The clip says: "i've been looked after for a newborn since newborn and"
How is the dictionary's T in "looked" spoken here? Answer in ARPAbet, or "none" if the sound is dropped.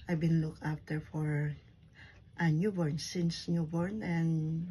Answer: none